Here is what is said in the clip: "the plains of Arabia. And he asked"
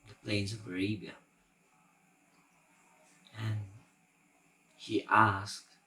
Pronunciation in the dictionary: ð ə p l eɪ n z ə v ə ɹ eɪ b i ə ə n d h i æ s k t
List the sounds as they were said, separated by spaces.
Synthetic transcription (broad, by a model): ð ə p l eɪ n z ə v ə ɹ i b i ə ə n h i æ s k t